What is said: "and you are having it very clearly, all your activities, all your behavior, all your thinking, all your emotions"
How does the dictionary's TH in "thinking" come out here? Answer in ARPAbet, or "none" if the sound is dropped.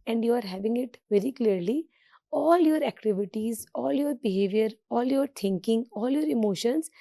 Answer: T